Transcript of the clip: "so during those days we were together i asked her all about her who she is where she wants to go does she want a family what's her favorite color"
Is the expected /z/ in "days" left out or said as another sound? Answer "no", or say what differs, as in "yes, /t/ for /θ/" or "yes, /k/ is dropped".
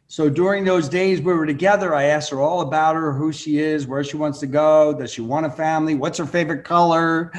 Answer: no